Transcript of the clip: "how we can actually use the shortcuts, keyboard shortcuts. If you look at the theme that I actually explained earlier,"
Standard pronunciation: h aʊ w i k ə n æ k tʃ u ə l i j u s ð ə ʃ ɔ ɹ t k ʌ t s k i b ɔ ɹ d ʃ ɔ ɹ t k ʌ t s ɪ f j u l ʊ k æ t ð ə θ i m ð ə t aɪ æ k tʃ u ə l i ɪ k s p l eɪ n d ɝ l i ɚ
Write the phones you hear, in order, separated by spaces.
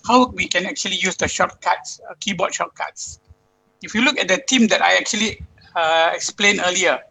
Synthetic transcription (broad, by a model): h aʊ w i k ə n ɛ k tʃ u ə l i j u s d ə ʃ ɔ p k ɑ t s k i b ɔ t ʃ ɔ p k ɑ t s ɪ f j u l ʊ k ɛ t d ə t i m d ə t aɪ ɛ k tʃ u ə l i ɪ k s p l eɪ n ɝ l i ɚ